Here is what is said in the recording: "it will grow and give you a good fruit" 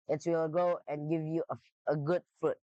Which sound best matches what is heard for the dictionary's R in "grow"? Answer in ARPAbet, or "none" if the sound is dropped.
none